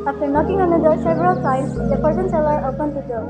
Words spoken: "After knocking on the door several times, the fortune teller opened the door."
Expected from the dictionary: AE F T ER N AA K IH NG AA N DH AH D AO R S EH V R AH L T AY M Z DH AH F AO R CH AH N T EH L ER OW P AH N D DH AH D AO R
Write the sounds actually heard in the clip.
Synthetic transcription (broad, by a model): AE F T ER N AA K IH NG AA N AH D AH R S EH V R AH L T AY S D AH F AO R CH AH N S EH L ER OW P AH N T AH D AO